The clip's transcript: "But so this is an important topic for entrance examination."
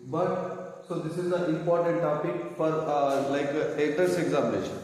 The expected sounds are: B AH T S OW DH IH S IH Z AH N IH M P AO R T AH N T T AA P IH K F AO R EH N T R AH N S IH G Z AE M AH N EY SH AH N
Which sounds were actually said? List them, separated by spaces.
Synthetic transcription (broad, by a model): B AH T S OW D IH S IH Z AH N IH M P AO R T AH N T T AA P IH K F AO R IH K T AH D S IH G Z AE M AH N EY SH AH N